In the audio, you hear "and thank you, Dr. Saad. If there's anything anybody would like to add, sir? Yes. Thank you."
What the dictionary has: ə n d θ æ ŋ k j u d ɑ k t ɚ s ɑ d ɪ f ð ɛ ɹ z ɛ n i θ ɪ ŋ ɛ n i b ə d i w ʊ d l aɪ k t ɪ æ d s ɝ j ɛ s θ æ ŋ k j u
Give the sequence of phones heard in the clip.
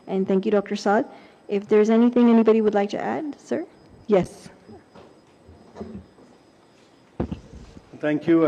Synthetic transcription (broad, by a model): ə n θ æ ŋ k j u d ɑ k t ɚ s ɑ d ɪ f ð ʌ ɹ z ɛ n i θ ɪ ŋ ɛ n i b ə d i w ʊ d l aɪ k t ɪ æ d s ɝ j ɛ s θ æ ŋ k j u